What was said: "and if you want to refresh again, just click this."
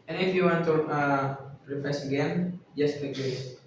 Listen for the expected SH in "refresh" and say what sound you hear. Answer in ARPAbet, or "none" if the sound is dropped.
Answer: S